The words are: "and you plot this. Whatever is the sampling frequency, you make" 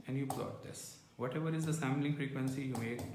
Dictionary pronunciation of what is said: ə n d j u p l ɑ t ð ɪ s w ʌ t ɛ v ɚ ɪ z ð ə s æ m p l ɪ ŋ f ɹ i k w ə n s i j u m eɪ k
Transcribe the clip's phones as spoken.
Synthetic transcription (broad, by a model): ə n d j u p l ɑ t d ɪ s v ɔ t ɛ v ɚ ɪ z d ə s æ m l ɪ ŋ f ɹ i k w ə n s i j u m eɪ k